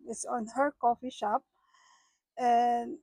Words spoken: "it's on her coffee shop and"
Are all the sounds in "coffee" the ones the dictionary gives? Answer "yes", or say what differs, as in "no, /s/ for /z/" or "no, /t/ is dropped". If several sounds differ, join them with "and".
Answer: yes